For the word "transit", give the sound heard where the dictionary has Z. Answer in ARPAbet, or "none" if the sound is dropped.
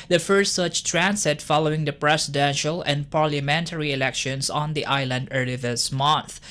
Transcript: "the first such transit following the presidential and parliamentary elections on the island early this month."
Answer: S